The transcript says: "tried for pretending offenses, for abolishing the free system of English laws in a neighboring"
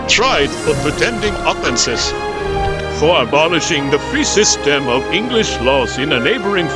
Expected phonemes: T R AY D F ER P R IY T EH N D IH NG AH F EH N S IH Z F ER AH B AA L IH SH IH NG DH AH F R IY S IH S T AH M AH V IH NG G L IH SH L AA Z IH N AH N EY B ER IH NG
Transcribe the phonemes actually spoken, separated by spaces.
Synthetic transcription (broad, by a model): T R AY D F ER P R IY T EH N D IH NG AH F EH N S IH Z F ER AH B AA L IH SH IH NG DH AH F R IY S IH S T AH M AH V IH NG G L IH SH L AA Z IH N AH N EY B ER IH NG